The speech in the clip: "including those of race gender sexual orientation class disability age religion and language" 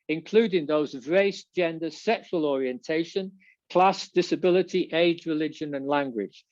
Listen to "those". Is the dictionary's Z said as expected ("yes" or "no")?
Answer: yes